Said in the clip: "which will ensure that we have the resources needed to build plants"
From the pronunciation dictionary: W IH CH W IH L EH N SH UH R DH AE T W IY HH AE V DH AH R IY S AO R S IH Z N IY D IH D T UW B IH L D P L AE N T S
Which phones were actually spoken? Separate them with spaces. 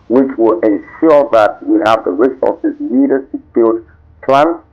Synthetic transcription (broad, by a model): W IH CH W IH L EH N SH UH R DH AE T W IY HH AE V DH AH R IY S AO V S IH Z L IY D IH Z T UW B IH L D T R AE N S